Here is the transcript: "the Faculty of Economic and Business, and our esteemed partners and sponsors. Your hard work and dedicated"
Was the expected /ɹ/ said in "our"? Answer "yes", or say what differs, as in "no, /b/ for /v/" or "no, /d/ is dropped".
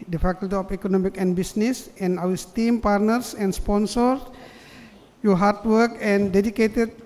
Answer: no, /w/ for /ɹ/